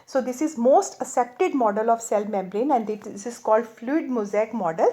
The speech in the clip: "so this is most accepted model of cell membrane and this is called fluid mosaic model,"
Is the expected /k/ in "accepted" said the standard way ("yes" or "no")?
no